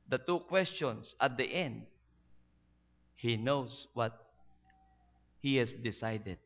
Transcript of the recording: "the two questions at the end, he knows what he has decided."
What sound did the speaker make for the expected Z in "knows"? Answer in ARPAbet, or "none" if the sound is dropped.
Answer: S